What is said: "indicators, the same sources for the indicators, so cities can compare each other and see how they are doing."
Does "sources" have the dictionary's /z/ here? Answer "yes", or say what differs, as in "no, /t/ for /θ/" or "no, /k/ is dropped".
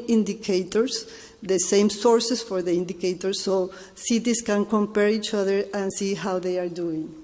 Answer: no, /s/ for /z/